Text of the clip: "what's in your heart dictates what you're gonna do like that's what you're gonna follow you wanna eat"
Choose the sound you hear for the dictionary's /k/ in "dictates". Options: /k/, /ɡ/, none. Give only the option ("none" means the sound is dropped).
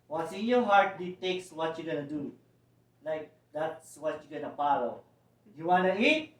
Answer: none